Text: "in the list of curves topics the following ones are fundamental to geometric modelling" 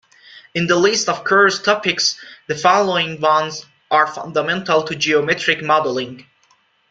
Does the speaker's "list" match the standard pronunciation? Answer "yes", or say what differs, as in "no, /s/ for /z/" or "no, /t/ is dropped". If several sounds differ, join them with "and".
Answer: yes